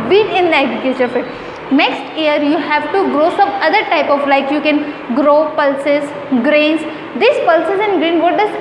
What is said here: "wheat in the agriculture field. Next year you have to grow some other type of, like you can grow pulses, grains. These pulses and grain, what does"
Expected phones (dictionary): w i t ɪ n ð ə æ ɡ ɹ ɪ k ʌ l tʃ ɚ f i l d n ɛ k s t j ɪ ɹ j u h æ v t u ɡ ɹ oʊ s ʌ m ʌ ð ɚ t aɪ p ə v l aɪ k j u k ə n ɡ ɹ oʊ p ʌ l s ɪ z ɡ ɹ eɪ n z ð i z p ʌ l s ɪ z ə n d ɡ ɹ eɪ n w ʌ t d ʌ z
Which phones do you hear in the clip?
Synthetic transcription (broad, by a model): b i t ɪ n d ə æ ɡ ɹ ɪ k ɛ tʃ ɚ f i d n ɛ k s t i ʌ ɹ j u h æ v t u ɡ ɹ oʊ s ʌ m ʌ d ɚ t aɪ p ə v l aɪ k j u k ə n ɡ ɹ oʊ p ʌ l s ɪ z ɡ ɹ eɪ n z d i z p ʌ l s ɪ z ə n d ɡ ɹ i n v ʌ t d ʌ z